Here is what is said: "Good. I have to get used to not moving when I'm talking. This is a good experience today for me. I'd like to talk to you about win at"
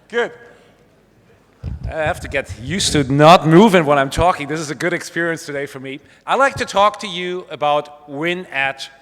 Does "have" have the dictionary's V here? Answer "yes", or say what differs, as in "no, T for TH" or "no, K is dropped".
no, F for V